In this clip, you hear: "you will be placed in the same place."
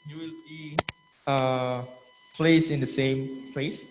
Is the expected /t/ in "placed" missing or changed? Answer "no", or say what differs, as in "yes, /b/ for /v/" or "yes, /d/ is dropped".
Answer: yes, /t/ is dropped